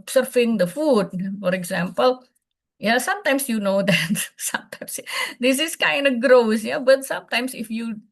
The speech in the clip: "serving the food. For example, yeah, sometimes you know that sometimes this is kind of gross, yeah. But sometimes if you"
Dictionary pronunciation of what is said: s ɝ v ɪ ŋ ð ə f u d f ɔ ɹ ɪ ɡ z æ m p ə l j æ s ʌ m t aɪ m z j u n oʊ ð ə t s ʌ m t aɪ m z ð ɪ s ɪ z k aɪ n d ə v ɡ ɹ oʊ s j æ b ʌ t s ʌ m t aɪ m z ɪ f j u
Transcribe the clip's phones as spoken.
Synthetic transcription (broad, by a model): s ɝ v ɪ ŋ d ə f u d f ɔ ɹ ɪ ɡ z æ m p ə l j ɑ s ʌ m t aɪ m s j u n oʊ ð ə t s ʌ m t aɪ m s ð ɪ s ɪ s k aɪ n d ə ɡ ɹ oʊ s j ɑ b ʌ t s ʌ m t aɪ m s ɪ f j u